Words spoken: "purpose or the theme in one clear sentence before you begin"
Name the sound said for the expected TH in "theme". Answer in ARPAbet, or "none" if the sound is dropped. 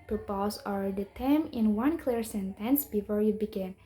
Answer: T